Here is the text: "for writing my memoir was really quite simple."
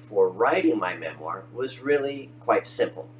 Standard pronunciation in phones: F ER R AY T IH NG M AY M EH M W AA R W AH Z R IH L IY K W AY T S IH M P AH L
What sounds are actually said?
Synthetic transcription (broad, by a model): F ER R AY T IH NG M AY M EH M W AA R W AH Z R IH L IY K W AY T S IH M P L